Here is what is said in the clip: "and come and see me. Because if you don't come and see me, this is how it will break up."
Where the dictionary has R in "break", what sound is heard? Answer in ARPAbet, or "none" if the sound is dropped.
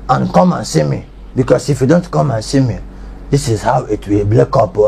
L